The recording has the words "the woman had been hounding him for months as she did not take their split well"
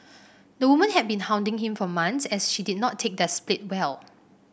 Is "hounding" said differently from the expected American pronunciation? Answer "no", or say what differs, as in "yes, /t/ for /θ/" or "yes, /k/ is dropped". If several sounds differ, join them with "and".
no